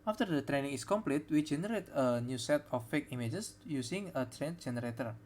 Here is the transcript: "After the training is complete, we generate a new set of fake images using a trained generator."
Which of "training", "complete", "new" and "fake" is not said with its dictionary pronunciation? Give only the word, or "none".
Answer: none